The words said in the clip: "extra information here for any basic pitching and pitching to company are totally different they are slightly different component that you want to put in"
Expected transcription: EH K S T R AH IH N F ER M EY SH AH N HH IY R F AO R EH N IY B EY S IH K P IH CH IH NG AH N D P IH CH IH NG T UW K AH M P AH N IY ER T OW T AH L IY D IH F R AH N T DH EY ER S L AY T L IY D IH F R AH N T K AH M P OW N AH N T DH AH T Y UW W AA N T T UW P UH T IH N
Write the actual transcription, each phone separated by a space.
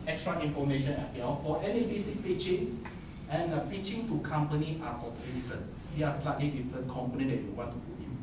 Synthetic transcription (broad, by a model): EH K S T R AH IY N F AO M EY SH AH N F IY L F AO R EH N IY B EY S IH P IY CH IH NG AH N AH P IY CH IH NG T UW K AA M P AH N IY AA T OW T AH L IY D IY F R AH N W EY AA S L AY T L IY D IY F R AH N K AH M P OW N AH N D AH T Y UW W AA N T T UW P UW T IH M